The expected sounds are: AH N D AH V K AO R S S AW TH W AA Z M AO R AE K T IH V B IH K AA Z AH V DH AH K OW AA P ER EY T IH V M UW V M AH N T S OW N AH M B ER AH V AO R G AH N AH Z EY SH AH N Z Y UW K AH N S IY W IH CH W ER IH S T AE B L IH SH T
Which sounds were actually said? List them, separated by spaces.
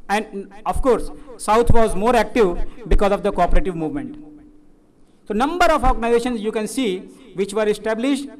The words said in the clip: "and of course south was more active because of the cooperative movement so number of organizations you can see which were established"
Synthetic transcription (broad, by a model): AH N D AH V K AO R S S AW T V AA Z M AO R AE K T IH V B IH K AA Z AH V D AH K OW AA P ER EY T IH V M UW V M AH N T S OW N AH M B ER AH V AO R G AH N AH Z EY SH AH N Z Y UW K AH N S IY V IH CH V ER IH S T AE B L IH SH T